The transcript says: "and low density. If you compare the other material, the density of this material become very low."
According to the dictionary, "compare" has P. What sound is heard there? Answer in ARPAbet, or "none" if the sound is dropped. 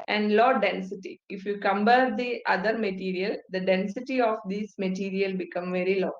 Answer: B